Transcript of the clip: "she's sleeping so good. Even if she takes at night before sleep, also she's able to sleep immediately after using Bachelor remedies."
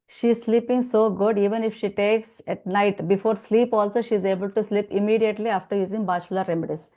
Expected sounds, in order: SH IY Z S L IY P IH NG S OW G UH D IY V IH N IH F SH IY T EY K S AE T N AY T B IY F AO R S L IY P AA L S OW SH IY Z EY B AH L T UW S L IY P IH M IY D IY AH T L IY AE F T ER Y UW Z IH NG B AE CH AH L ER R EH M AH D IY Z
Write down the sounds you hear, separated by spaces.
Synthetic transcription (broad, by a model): SH IY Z S L IY P IH NG S OW G UH D IY V IH N IH F SH IY T EY K S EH T N AY T B IY F AO R S L IY P AA L S OW SH IY Z EY B AH L T UW S L IY P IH M IY D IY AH T L IY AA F T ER Y UW Z IH NG B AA SH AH L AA R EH M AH D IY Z